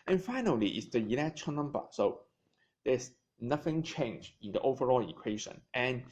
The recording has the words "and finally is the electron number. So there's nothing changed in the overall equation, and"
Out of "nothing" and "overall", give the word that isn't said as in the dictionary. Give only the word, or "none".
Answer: none